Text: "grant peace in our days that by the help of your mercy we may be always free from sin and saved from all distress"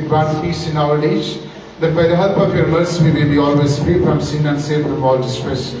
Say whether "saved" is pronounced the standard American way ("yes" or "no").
no